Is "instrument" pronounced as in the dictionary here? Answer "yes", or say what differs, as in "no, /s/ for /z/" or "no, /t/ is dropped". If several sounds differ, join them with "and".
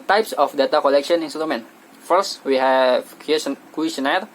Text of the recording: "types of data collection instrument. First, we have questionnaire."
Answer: no, /ɹ/ is dropped